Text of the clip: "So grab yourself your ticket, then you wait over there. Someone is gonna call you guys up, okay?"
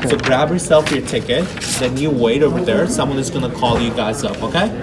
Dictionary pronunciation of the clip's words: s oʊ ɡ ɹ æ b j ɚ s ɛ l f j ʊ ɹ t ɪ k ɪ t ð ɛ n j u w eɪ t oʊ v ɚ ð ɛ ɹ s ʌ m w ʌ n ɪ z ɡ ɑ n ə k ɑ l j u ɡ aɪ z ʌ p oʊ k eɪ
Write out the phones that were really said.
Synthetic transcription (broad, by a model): s oʊ ɡ ɹ æ b j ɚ s ɛ l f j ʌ ɹ t ɪ k ɪ t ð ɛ n j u w eɪ t oʊ v ɚ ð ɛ ɹ s ʌ m w ʌ n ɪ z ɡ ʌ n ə k ɑ l j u ɡ aɪ z ʌ p oʊ k eɪ